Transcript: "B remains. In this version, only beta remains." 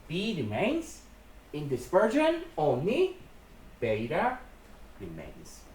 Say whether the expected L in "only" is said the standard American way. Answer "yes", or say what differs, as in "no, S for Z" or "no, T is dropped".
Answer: no, L is dropped